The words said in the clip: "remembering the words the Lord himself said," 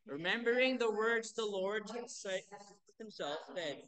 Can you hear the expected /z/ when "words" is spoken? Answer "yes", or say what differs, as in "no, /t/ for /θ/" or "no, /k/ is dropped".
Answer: yes